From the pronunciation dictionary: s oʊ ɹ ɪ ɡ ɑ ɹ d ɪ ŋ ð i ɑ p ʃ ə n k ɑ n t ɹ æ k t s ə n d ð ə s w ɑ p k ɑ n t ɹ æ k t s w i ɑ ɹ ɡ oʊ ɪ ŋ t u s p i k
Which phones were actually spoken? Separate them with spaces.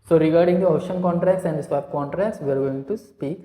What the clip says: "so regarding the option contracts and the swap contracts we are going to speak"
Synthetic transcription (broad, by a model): s oʊ ɹ ɪ ɡ ɑ ɹ d ɪ ŋ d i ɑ ʃ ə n k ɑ n t ɹ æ k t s ə n d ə s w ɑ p k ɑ n t ɹ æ k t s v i ɑ ɹ ɡ oʊ ɪ ŋ t u s p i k